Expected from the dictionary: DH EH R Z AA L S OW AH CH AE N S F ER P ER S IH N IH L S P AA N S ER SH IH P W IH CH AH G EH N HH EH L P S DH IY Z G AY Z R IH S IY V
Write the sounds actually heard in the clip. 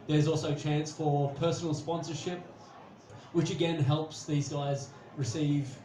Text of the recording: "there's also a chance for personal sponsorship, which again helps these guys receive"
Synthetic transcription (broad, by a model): DH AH R Z AA L S OW AH CH AE N S F ER P ER S N L S P AA N S ER SH IH P W IH CH AH G EH N HH EH L P S DH IY Z G AY Z R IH S IY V